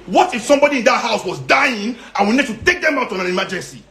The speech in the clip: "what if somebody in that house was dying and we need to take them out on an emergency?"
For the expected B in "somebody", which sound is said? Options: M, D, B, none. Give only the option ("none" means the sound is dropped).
B